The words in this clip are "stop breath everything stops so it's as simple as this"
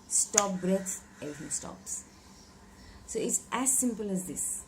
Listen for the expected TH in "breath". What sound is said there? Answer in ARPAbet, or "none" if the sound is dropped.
S